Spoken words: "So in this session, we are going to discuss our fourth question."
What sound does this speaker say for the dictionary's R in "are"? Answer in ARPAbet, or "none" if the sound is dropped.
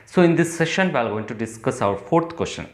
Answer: L